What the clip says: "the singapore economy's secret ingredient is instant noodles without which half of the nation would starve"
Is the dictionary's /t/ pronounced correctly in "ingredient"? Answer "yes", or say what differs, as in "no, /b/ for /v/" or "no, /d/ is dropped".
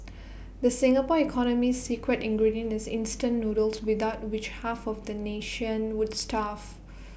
no, /t/ is dropped